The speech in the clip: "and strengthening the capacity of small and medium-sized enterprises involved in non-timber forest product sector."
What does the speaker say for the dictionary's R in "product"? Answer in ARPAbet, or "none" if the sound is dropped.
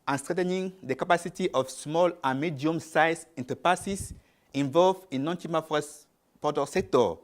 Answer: none